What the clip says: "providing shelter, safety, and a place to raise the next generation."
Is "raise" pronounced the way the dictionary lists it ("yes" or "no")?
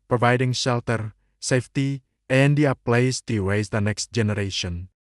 no